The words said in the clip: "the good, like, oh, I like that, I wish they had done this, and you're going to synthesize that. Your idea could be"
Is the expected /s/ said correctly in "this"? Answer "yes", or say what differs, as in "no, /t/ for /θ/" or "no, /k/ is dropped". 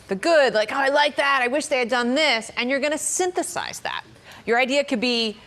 yes